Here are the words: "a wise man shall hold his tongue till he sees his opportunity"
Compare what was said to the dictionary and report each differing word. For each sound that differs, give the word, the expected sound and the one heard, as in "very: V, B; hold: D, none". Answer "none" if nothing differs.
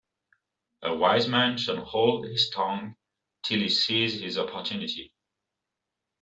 shall: L, N